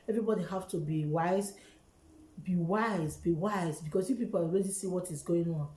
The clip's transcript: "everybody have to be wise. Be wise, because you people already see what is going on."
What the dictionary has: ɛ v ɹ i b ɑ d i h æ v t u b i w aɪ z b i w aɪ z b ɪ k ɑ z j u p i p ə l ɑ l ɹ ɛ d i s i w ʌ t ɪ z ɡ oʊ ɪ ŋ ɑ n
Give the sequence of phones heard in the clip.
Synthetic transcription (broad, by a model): ɛ v ɹ i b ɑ d i h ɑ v t u b i w aɪ z b i w aɪ z b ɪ k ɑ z j u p i p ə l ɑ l w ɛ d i s i w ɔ t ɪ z ɡ oʊ ɪ ŋ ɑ n